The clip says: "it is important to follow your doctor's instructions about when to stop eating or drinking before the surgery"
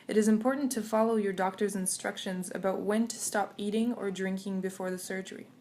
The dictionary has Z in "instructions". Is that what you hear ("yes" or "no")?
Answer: yes